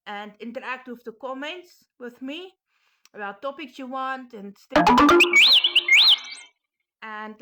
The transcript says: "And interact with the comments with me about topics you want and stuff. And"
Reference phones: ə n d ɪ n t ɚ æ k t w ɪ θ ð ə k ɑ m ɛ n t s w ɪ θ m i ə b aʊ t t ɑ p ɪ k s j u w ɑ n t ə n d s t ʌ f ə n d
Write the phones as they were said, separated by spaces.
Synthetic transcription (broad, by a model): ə n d ɪ n t ɚ æ k t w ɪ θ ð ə k ɑ m ɛ n t s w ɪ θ m i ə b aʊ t t ɑ p ɪ k s j u w ɑ n t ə n s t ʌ ə n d